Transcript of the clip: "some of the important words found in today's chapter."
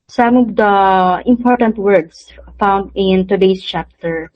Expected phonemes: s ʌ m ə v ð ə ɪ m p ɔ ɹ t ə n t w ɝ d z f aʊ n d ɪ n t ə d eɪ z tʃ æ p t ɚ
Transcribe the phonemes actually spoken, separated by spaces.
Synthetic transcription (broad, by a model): s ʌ m ə v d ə ɪ m p ɔ ɹ t ə n t w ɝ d s f aʊ n d ɪ n t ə d eɪ s tʃ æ p t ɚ